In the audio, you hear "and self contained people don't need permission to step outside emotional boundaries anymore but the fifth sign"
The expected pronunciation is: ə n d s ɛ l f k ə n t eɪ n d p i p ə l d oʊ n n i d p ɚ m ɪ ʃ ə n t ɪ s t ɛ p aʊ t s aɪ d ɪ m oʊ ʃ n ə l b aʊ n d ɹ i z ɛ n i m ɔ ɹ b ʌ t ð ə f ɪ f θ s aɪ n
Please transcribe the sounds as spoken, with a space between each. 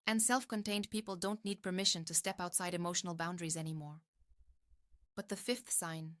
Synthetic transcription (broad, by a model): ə n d s ɛ l f k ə n t eɪ n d p i p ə l d oʊ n n i d p ɚ m ɪ ʃ ə n t ɪ s t ɛ p aʊ t s aɪ d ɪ m oʊ ʃ n l b aʊ n d ɹ i z ɛ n i m ɔ ɹ b ʌ t ð ə f ɪ f θ s aɪ n